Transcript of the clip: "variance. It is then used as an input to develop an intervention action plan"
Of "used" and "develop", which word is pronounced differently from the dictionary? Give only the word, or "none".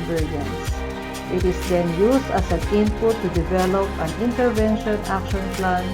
used